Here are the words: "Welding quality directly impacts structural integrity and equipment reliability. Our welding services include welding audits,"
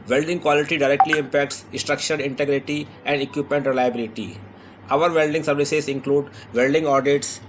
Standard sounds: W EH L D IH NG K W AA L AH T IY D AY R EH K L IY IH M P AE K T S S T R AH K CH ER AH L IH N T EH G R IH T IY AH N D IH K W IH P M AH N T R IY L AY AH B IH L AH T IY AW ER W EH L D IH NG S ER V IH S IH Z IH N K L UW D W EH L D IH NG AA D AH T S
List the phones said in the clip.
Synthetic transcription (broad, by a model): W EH L D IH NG K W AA L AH T IY D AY R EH K L IY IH M P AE K T S S T R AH K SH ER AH N IH N T EH G R IH T IY AH N D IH K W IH P M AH N T R IY L AY AH B IH L AH T IY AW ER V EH L D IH NG S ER V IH S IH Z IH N K L UW D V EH L D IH NG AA D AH T S